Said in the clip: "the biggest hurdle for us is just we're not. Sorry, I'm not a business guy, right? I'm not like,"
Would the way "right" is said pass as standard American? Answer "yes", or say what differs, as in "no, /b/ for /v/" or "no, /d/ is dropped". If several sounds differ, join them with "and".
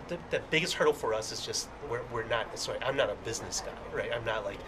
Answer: yes